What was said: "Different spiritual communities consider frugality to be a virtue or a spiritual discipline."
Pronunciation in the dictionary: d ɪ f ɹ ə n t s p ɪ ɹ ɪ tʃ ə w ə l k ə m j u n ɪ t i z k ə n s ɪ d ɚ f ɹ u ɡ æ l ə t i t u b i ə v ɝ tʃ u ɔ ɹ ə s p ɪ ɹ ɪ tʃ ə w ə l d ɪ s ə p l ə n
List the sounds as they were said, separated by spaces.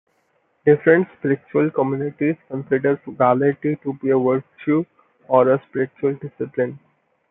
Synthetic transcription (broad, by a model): d ɪ f ɹ ə n t s p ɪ ɹ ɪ tʃ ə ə l k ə m j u n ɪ t i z k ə n s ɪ d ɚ ɹ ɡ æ l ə t i t u b i ə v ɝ ʃ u ɔ ɹ ə s p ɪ ɹ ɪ tʃ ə ə l d ɪ s ə p l ə n